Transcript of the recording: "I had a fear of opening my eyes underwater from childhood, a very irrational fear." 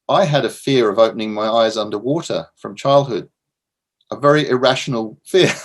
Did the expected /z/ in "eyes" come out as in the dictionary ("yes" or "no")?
yes